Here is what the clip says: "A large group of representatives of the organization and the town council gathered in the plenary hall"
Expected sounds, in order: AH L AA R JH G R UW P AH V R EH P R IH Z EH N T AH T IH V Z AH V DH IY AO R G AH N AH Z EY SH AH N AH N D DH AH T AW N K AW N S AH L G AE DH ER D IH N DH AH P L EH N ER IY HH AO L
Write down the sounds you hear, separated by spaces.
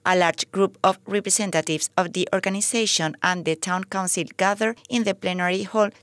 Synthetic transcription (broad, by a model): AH L AA R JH G R UW P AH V R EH P R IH S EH N T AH T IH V S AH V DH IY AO R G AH N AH S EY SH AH N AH N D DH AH T AW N K AW N S AH L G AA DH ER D IH N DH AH P L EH N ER IY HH AO L